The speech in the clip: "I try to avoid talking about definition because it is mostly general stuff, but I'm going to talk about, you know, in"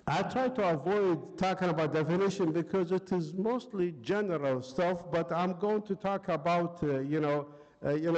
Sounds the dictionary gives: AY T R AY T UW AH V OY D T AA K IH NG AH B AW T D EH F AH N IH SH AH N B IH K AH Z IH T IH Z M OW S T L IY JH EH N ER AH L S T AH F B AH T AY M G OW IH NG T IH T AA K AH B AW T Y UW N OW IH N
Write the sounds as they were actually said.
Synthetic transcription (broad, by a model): AY T R AY T UW AH V OY D T AA K IH NG AH B AW T D EH F AH N IH SH AH N B IH K AH Z IH T IH Z M OW S T L IY JH EH N ER AH L S T AH F B AH T AY M G OW IH NG T IH T AA K AH B AW T Y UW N OW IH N